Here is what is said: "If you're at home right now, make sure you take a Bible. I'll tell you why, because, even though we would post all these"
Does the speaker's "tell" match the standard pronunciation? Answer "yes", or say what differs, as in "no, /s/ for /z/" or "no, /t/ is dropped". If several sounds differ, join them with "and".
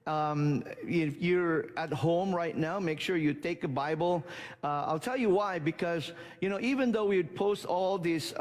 yes